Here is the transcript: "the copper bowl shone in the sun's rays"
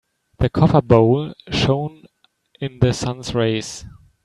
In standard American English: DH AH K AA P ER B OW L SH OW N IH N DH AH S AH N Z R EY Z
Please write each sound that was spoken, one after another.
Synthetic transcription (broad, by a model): DH AH K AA F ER B OW L SH OW N IH N DH AH S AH N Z R EY S